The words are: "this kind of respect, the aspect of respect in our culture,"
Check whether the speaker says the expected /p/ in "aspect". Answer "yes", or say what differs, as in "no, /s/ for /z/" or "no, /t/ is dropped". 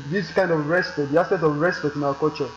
no, /p/ is dropped